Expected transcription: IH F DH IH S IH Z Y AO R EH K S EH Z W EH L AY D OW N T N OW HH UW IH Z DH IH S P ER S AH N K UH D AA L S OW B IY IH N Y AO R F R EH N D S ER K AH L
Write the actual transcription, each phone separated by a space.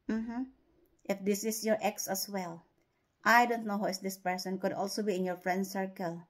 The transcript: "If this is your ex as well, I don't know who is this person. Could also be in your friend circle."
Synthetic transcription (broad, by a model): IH F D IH S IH S Y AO R EH K S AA S W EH L AY D OW N T N OW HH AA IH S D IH S P ER S AH N K UH D AA L S OW B IY IH N Y AO R F R EH N D S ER K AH L